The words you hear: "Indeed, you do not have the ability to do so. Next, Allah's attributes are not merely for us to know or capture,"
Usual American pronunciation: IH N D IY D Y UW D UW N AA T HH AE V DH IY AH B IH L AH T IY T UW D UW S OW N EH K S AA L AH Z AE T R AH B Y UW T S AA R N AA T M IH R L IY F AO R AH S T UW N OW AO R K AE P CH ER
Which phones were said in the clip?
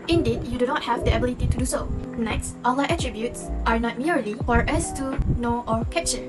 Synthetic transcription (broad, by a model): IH N D IY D Y UW D UW N AA T HH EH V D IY AH B IH L AH T IY T UW D UW S OW N EH K S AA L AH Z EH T R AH B Y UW T S AA R N AA T M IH R L IY F AO R AH S T UW N OW AO R K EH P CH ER